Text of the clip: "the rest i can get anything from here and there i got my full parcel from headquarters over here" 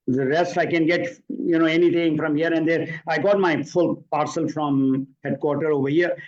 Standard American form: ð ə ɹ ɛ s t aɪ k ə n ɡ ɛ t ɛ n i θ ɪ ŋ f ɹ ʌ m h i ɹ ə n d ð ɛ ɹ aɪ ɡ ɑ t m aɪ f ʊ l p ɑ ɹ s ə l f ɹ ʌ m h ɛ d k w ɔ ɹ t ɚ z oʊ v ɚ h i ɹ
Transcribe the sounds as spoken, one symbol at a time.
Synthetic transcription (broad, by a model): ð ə ɹ ɛ s t aɪ k ə n ɡ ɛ t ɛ n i t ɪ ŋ f ɹ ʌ m h i ɹ ə n d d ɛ ɹ aɪ ɡ ɑ t m aɪ f ʊ l p ɑ ɹ s ə l f ɹ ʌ m h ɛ d k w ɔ ɹ t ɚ oʊ v ɚ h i ɹ